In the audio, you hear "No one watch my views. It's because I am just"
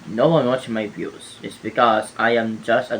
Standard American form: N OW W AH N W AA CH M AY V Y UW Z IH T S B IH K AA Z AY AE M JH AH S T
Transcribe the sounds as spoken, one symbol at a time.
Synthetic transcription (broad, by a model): N OW W AH N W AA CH M AY B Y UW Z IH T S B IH K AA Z AY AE M JH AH S T